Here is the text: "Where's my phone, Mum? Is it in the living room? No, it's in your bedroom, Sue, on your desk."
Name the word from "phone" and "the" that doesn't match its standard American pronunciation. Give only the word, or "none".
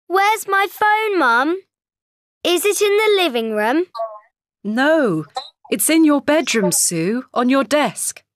none